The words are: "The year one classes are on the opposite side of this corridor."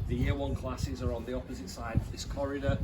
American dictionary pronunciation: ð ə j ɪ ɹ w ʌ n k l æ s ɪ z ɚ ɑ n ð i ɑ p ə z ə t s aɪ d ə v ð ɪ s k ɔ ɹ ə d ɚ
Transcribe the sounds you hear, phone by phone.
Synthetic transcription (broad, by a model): ð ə j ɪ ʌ w ʌ n k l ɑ s ɪ z ɚ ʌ n ð i ɑ p ə z ə t s aɪ d ə v ð ɪ s k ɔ ɹ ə d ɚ